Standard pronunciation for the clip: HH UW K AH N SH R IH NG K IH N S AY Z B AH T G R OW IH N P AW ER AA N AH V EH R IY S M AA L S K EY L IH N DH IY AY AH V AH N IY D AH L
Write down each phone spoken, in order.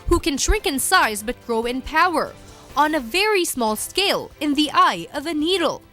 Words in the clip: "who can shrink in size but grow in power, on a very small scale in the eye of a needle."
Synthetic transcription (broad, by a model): HH UW K AH N SH R IH NG K IH N S AY Z B AH T G R OW IH N P AW ER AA N AH V EH R IY S M AA L S K EY L IH N DH IY AY AH V AH N IY D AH L